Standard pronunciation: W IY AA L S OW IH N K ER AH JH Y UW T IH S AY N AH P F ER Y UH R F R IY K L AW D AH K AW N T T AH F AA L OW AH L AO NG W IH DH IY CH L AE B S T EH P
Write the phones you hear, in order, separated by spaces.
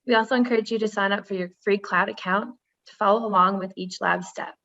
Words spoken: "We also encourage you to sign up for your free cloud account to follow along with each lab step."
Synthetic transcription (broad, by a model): W IY AA L S OW IH N K ER AH JH Y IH T IH S AY N AH P F ER Y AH R F R IY K L AW D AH K AW N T T AH F AA L OW AH L AO NG W IH DH IY CH L AE B S T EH P